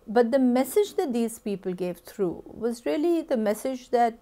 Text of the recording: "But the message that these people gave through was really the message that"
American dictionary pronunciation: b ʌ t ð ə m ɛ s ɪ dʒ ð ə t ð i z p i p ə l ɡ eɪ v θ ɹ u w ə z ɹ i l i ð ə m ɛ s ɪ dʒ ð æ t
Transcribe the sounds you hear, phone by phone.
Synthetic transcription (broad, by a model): b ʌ t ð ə m ɛ s ɪ dʒ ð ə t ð i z p i p ə l ɡ eɪ v t ɹ u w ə z ɹ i l i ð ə m ɛ s ɪ dʒ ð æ t